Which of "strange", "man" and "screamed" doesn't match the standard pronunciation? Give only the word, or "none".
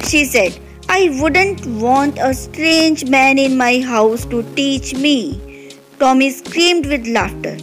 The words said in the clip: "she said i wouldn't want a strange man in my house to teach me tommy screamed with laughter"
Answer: none